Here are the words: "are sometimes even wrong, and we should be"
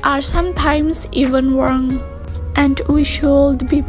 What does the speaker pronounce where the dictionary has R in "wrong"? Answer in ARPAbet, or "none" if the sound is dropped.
W